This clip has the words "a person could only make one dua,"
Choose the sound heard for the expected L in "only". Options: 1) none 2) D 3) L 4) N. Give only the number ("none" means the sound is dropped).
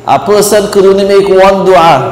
1